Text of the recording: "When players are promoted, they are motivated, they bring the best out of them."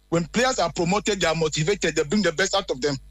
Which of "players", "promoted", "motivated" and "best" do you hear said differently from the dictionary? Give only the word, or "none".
players